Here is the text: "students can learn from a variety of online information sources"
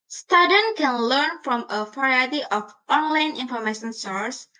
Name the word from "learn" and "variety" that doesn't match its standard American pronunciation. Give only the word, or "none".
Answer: variety